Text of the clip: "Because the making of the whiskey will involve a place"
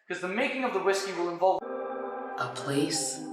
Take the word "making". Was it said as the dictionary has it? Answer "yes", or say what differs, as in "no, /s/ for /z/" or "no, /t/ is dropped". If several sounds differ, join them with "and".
yes